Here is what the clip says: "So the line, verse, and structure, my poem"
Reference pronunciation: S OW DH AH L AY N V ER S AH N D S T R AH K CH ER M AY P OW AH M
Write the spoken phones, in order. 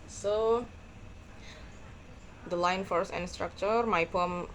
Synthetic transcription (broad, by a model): S OW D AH L AY N F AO S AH N S T R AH K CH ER M AY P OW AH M